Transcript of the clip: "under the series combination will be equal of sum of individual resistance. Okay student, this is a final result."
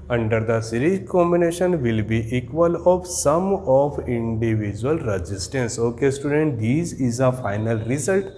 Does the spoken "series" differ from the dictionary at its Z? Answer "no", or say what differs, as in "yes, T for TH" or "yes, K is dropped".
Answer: yes, Z is dropped